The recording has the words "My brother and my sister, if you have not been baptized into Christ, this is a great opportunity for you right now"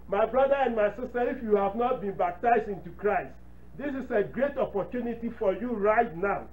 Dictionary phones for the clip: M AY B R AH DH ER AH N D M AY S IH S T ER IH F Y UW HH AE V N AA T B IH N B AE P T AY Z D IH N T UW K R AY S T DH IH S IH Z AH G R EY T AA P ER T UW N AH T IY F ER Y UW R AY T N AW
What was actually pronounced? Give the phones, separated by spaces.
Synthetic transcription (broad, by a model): M AY B R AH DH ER AH N D M AY S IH S T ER IH F Y UW HH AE V N AA T B IH N B AE P T AY Z D IH N T UW K R AY S T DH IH S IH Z AH G R EY T AA P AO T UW N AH T IY F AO Y UW R AY T N AW